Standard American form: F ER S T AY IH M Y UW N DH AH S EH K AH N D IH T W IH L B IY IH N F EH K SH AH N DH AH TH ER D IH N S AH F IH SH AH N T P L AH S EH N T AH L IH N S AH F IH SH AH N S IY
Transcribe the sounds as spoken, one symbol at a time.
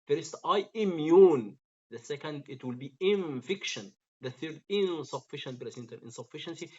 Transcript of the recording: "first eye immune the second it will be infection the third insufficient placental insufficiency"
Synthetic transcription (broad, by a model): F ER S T AY IH M Y UW N DH AH S EH K AH N D IH T W IH L B IY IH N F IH K SH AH N DH AH TH ER D IH N S AH F IH SH AH N T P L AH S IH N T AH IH N S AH F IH SH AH N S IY